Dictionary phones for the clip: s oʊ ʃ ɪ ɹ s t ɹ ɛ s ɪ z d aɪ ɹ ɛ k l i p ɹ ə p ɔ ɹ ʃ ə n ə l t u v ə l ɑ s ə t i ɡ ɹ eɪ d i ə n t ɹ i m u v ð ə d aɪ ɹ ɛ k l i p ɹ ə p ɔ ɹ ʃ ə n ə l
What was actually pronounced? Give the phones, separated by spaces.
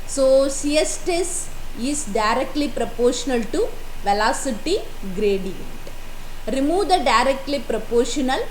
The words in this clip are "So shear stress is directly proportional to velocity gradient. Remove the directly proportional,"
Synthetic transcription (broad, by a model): s oʊ s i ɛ s t ɛ s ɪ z d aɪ ɹ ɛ k l i p ɹ ə p ɔ ɹ ʃ ə n ə l t u v ə l ɑ s ə t i ɡ ɹ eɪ d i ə n t ɹ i m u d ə d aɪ ɹ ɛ k l i p ɹ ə p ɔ ɹ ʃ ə n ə l